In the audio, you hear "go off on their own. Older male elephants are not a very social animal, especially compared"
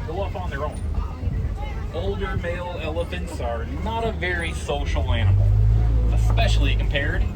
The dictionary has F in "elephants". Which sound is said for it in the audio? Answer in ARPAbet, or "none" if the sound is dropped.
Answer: F